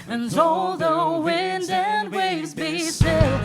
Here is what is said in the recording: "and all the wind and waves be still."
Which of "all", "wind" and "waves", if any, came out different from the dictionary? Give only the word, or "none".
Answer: none